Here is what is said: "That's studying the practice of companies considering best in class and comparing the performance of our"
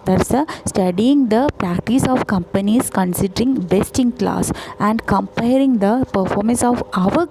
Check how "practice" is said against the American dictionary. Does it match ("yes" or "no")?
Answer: yes